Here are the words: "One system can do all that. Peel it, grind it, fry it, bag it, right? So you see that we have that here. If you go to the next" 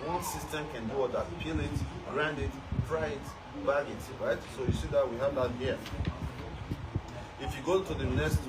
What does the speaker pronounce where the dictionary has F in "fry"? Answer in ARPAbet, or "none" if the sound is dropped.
P